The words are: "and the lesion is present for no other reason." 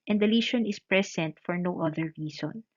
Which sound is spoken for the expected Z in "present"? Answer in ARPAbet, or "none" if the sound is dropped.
S